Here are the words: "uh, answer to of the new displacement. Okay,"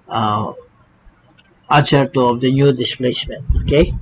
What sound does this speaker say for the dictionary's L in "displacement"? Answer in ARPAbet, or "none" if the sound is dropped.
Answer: L